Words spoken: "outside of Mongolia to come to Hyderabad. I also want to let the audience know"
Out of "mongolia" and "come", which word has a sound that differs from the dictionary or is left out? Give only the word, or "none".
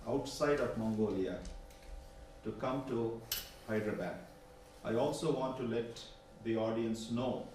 none